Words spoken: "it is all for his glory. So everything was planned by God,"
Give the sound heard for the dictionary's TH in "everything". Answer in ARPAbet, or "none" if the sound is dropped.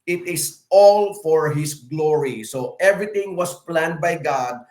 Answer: T